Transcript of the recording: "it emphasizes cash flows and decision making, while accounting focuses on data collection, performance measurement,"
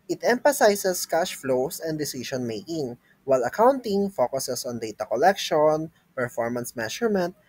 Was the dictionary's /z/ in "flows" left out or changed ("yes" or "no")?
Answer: yes